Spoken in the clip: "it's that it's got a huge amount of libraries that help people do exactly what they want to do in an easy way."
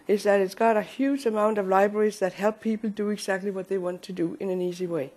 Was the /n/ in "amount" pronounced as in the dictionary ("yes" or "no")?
yes